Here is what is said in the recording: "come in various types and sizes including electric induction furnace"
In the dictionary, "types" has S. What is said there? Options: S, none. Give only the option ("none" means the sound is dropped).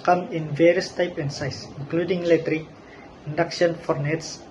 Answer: none